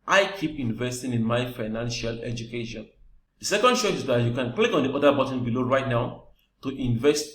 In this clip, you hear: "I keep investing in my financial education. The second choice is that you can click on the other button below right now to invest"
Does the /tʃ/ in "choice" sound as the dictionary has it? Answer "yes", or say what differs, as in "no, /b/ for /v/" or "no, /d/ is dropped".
no, /ʃ/ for /tʃ/